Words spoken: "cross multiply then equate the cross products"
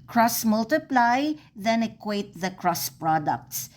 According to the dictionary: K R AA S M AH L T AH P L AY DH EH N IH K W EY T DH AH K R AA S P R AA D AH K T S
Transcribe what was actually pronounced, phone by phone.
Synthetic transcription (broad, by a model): K R AA S M AH L T AH P L AY DH EH N IH K W EY T DH AH K R AA S P R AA D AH K T S